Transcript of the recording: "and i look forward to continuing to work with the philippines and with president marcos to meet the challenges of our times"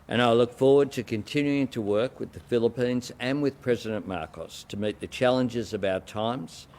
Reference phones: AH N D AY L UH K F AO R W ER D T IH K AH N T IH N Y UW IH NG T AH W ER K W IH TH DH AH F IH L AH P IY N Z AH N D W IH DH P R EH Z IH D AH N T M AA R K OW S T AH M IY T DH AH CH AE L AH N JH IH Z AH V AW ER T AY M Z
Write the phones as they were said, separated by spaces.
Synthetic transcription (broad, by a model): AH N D AY L UH K F AO R W ER D T IH K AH N T IH N Y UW IH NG T AH W ER K W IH DH AH F IH L AH P IY N Z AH N W IH DH P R EH Z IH D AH N M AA R K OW S T AH M IY T DH AH CH AE L AH N JH IH Z AH V AW ER T AY M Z